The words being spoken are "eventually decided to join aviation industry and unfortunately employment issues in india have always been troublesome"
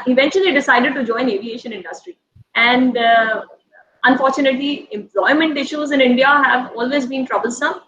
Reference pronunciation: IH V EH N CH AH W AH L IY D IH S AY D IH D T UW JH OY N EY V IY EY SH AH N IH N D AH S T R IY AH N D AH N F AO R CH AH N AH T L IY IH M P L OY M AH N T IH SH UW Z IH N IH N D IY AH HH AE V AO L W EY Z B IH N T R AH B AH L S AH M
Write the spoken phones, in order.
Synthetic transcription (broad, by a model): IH V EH N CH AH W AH L IY D IH S AY D IH D T UW JH OY N EY V IY EY SH AH N IH N D AH S T R IY AH N D AH N F AO R CH AH N AH T L IY IH M P L OY M AH N T IH SH UW Z IH N IH N D IY AH HH AE V AO L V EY Z B IH N T R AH B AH L S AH M